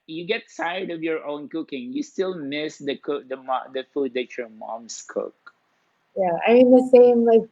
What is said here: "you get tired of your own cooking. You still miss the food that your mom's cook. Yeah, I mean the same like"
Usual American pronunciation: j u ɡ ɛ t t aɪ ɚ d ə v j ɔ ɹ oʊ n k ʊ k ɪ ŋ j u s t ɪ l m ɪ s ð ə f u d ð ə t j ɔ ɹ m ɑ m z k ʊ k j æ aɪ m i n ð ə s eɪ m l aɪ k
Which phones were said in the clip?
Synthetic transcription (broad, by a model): j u ɡ ɛ t s aɪ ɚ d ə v j ɔ ɹ oʊ n k ʊ k ɪ ŋ j u s t ɪ l m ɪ s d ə f u d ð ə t j ɔ ɹ m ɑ m s k ʊ k j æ aɪ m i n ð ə s eɪ m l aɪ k